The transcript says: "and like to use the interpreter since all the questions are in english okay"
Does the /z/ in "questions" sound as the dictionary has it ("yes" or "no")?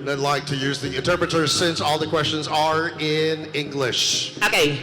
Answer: yes